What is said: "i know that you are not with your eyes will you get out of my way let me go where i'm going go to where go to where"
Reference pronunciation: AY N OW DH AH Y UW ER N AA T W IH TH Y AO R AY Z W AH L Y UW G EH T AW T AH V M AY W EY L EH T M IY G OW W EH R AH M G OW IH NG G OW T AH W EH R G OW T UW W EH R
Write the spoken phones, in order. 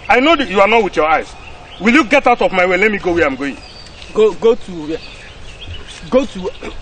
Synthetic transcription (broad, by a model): AY N OW Y UW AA N AA T W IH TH Y AO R AY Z W AH L Y UW G EH T AW T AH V M AY W EY L EH T M IY G OW W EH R AH M G OW IH NG G OW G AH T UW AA G OW T UW